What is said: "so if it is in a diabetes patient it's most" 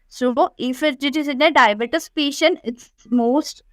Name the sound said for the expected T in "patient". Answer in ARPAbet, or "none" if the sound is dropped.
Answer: none